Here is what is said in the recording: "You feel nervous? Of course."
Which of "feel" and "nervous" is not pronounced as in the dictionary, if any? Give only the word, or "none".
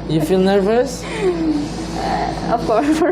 none